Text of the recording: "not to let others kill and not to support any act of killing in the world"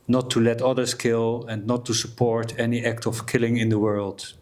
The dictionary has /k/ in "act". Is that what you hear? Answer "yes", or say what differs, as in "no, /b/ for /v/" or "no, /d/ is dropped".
yes